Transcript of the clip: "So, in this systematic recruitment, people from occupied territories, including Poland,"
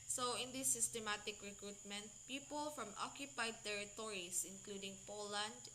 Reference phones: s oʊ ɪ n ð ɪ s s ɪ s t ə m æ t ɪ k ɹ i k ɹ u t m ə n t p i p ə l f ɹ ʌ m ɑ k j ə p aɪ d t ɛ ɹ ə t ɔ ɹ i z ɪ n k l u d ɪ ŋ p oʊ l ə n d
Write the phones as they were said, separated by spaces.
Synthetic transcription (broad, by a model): s oʊ ɪ n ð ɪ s s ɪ s t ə m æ t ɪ k ɹ i k ɹ u t m ə n t p i p ə l f ɹ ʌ m ɑ k j ə p aɪ d t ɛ ɹ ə t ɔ ɹ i s ɪ n k l u d ɪ ŋ p oʊ l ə n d